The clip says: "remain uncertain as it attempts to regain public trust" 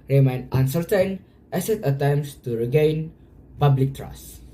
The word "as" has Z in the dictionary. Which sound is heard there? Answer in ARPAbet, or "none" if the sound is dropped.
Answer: S